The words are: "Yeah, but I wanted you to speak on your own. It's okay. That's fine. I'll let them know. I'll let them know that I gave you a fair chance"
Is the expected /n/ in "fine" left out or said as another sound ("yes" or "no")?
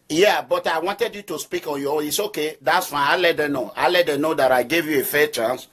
yes